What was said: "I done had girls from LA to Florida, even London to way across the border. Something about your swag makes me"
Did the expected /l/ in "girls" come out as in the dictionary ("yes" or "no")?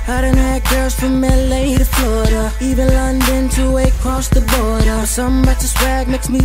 no